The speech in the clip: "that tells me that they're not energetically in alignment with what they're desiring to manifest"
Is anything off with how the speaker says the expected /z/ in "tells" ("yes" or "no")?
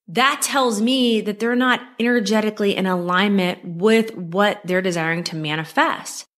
no